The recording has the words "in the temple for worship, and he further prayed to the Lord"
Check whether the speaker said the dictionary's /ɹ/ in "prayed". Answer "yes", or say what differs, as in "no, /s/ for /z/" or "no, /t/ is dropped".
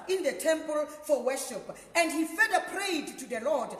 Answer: yes